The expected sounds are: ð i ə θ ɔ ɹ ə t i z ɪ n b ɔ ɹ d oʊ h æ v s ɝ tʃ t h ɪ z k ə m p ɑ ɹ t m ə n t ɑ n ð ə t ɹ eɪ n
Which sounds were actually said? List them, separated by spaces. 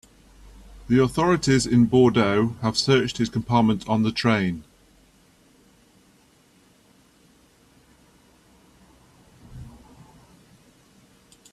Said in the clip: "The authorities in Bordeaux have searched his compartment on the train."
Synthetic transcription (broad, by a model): ð i ə θ ɔ ɹ ə t i z ɪ n b ɔ d oʊ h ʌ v s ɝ tʃ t h ɪ z k ə m p ɑ t m ə n t n ð ə t ɹ eɪ n